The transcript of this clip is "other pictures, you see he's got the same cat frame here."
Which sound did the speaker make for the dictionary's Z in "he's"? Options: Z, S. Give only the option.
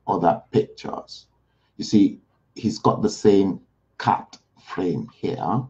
Z